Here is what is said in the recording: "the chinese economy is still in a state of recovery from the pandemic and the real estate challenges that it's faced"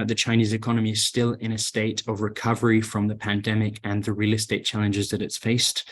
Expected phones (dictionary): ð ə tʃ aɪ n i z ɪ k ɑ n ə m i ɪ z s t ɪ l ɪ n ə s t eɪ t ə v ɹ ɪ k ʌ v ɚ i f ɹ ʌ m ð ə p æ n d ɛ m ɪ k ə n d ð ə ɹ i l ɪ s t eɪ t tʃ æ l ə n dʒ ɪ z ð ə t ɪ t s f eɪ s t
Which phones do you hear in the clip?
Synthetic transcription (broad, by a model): ð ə tʃ aɪ n i z ɪ k ɑ n ə m i ɪ z s t ɪ l ɪ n ə s t eɪ t ə v ɹ ɪ k ʌ v ɚ i f ɹ ʌ m ð ə p æ n d ɛ m ɪ k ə n ð ə ɹ i l ɪ s t eɪ t tʃ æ l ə n dʒ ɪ z ð ə t ɪ t s f eɪ s t